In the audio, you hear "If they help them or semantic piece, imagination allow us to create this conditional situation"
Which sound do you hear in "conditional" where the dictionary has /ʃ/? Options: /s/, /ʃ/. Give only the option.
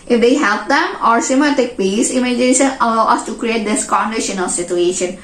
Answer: /ʃ/